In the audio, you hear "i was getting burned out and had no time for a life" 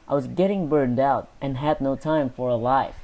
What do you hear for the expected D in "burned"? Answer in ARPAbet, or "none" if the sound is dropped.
D